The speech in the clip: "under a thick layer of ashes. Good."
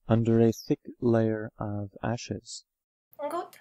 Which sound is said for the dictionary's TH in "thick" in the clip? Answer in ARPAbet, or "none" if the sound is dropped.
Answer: TH